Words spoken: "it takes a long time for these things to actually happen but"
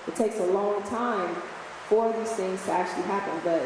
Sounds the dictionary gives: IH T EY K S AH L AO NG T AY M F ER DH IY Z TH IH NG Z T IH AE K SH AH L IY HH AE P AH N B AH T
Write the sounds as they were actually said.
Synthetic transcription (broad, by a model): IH T EY K S AH L AO NG T AY M F ER DH IY Z TH IH NG Z T IH AE K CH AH L IY HH AE P AH N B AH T